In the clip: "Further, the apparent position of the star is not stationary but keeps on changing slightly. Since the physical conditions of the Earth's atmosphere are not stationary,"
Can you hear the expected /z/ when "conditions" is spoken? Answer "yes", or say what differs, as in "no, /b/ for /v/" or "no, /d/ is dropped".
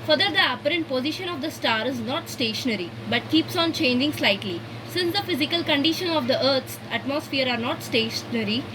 no, /z/ is dropped